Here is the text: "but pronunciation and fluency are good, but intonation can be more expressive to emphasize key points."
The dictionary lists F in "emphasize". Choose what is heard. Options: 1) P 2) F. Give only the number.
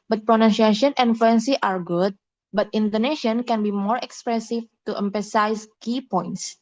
1